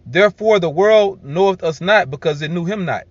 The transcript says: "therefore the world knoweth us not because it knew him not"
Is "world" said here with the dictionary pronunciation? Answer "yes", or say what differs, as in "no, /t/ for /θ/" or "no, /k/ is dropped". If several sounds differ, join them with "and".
yes